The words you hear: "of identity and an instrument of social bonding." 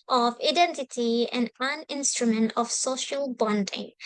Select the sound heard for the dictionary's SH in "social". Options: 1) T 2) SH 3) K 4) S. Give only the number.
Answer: 2